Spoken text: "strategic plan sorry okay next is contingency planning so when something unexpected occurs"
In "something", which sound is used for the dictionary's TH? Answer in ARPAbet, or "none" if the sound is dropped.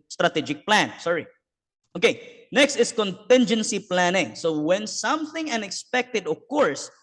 TH